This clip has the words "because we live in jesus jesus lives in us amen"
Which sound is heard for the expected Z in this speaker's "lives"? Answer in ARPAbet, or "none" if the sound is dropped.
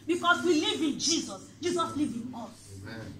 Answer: none